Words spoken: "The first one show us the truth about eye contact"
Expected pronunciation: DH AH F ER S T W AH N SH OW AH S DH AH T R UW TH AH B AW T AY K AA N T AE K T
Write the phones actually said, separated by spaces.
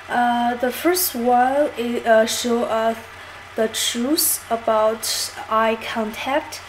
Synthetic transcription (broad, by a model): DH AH F ER S T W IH L SH OW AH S DH AH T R UW S AH B AW T AY K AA N T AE K T